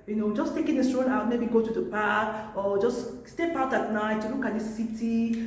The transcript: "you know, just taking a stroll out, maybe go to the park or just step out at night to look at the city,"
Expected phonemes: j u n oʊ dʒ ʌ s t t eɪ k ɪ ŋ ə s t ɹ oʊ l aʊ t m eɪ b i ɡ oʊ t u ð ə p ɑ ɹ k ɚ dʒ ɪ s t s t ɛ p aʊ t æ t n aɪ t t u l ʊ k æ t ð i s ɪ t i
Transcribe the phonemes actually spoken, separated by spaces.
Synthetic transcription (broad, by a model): j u n oʊ dʒ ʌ s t t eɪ k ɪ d ə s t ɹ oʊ n aʊ t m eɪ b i ɡ oʊ t u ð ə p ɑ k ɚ dʒ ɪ s s t ɛ p aʊ t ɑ t n aɪ t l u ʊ k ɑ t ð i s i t i